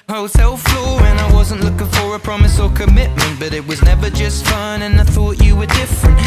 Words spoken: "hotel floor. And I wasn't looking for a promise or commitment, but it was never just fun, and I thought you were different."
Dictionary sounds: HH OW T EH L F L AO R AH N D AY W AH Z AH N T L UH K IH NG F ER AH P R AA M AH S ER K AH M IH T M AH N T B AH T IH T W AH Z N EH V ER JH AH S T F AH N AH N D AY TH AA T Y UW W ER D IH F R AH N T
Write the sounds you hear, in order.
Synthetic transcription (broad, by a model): HH OW T EH L F L AO R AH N AY W AH Z AH N T L UH K IH NG F ER AH P R AA M AH S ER K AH M IH T M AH N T B AH T IH T W AH Z N EH V ER JH AH S T F AH N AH N AY TH AA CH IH W ER D IH F R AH N T